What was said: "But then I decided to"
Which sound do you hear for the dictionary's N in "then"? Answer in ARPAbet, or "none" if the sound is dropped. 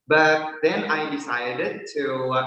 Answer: N